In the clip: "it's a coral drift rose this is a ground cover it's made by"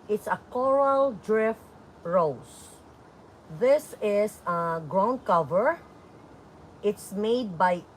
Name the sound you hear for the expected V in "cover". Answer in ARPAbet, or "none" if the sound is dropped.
V